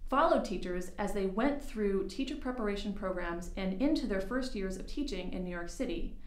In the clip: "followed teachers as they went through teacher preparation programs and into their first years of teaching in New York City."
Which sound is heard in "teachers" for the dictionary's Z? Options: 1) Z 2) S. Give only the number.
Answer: 1